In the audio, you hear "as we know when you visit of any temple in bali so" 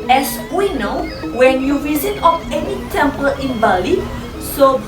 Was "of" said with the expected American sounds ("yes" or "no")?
no